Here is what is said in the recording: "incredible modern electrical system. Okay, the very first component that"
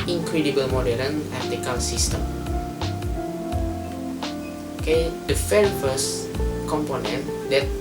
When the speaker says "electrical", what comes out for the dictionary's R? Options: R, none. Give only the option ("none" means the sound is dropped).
none